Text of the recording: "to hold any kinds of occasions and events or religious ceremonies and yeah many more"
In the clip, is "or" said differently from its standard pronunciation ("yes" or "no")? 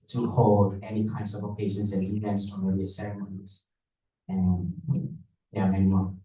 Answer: yes